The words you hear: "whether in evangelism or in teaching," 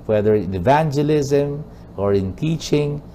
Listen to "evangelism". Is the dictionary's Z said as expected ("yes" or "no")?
yes